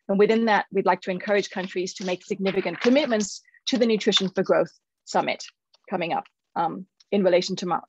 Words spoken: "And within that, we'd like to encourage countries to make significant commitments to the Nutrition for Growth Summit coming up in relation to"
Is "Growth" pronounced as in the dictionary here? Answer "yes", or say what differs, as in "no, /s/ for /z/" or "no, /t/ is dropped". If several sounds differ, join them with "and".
yes